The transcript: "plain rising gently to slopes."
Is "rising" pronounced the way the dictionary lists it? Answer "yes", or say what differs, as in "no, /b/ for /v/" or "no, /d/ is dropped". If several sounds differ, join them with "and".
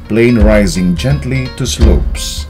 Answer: yes